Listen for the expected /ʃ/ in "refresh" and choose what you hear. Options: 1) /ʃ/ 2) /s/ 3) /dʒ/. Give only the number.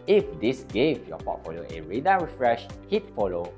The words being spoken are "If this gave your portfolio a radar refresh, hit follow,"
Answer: 1